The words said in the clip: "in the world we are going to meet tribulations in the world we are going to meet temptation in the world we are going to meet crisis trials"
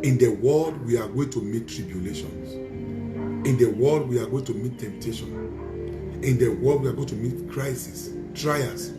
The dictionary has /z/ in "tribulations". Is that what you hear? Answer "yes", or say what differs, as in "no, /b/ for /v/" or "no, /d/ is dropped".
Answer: no, /s/ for /z/